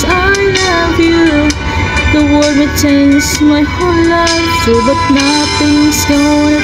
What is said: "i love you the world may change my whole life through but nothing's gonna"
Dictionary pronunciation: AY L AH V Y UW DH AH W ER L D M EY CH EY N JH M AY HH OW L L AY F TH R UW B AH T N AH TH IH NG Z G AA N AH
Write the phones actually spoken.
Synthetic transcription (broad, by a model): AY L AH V Y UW DH AH W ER D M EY CH EY N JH M AY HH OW N L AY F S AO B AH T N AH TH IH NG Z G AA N